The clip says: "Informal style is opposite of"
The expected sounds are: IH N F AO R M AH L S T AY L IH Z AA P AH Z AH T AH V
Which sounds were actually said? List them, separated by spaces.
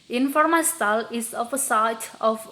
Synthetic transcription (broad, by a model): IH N F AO R M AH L S T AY L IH S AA F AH S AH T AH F